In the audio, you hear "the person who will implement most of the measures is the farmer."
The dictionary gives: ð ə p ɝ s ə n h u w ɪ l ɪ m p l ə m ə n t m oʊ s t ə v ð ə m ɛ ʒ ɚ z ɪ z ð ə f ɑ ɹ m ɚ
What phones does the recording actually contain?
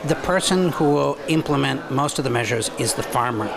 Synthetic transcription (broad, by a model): ð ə p ɝ s ə n h u w ɪ l ɪ m p l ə m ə n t m oʊ s t ə v ð ə m ɛ ʒ ɚ z ɪ z ð ə f ɑ ɹ m ɚ